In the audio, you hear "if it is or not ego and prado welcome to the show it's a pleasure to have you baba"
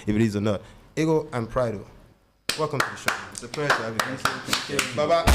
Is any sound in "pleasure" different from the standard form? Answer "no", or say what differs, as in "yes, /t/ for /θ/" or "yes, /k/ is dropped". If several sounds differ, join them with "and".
yes, /s/ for /ʒ/